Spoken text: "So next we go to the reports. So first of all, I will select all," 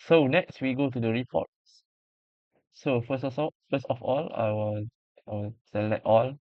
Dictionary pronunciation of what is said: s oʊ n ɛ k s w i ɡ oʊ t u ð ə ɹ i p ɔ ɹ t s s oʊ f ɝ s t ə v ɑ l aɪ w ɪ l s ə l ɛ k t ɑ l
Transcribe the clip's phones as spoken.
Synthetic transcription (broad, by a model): s oʊ n ɛ k s w i ɡ oʊ t u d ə ɹ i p ɔ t s s oʊ f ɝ s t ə f ɑ l aɪ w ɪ w s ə l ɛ t ɑ l